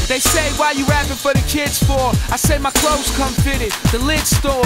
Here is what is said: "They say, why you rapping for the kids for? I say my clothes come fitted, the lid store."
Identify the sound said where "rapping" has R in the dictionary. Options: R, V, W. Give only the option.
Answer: W